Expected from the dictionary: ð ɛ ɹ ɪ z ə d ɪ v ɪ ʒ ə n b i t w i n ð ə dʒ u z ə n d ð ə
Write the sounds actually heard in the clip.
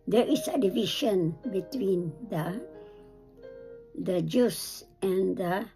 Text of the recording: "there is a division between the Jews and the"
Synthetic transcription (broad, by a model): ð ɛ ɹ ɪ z ə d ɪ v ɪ ʃ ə n b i t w i n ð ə dʒ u s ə n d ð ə